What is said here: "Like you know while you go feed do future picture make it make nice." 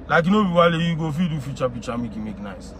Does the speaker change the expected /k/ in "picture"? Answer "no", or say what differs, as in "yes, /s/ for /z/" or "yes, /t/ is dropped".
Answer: yes, /k/ is dropped